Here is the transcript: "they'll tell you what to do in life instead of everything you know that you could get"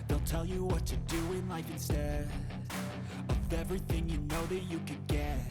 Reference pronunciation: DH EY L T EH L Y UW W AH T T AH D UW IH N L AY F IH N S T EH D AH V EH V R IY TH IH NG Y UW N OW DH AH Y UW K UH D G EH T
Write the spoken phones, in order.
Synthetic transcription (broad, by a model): DH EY L T EH L Y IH W AH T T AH D UW IH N L AY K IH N S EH AH V EH V R IY TH IH NG Y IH N OW DH AH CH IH K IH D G EH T